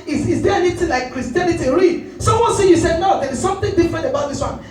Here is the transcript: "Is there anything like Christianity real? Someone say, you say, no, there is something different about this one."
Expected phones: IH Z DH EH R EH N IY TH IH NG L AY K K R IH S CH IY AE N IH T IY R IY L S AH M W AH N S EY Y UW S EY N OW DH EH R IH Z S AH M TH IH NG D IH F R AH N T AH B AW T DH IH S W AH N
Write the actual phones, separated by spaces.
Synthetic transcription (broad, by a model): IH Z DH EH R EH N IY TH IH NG L AY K K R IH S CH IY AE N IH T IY R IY S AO W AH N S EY Y UW S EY N OW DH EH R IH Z S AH M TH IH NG D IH F R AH N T AH B AW T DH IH S W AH N